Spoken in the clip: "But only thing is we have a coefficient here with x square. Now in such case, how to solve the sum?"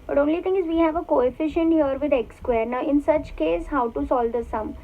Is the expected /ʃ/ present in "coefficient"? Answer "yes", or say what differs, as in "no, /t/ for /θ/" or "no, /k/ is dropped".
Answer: yes